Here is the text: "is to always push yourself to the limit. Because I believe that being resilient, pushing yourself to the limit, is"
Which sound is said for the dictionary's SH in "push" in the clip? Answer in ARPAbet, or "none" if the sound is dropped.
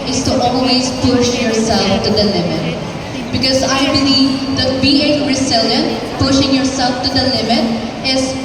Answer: SH